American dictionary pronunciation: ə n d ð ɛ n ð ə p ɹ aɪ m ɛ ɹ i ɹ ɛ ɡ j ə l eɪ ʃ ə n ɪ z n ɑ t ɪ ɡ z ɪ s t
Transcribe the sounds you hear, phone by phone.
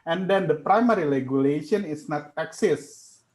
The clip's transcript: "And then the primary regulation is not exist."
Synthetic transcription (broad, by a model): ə n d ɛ n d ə p ɹ aɪ m ɛ ɹ i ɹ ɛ ɡ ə l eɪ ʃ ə n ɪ s n ɑ t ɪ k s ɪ s